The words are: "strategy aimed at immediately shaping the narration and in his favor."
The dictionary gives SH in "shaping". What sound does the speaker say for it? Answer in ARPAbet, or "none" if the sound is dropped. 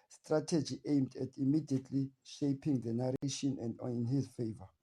SH